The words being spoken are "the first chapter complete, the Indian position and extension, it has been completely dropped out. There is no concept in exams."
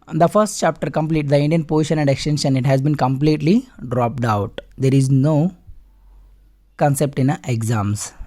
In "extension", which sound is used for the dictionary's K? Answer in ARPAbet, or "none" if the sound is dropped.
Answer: K